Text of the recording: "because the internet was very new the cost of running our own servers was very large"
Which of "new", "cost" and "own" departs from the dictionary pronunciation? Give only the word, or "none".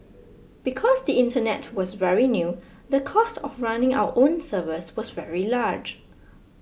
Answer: none